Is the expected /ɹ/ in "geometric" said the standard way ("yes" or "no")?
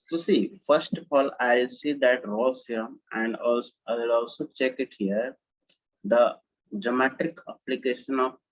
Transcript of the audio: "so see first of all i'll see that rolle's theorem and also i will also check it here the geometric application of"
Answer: no